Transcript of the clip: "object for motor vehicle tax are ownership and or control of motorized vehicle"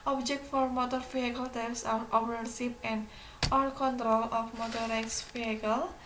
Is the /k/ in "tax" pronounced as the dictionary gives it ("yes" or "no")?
no